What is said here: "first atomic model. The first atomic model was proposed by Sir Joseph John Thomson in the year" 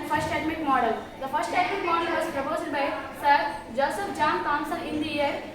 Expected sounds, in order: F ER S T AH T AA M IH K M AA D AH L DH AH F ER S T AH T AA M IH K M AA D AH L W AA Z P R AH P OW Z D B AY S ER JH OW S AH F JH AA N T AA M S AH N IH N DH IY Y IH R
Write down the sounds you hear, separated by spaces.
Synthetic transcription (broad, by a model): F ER S T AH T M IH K M AA D AH L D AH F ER S T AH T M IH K M AA D AH L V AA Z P R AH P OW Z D B AY S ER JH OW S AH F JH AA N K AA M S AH L IH N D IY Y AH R